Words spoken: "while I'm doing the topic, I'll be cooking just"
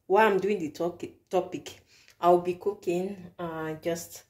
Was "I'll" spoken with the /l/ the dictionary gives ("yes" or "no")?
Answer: no